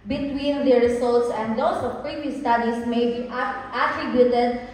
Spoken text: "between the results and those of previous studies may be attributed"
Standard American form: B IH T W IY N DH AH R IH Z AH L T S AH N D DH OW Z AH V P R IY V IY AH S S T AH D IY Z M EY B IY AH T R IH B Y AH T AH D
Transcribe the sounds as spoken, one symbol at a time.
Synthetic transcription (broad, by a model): B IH T W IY N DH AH R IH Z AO L T S AH N D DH OW S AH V P R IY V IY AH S S T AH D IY S M EY B IY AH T R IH B Y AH T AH D